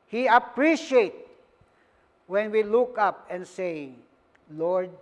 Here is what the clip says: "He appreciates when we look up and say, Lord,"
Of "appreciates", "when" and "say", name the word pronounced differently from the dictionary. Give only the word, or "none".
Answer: appreciates